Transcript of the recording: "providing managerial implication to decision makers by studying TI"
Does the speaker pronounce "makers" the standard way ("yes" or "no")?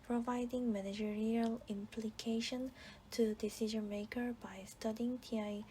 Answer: no